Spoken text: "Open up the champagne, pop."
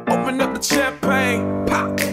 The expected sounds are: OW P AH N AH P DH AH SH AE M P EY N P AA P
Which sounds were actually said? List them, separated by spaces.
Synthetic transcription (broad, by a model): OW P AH N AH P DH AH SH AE P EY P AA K